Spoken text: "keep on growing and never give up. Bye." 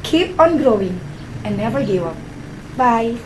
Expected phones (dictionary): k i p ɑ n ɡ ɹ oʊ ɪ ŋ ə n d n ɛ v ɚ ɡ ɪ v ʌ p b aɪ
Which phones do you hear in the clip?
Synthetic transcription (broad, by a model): k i p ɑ n ɡ ɹ oʊ ɪ ŋ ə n n ɛ v ɚ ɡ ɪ ʌ p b aɪ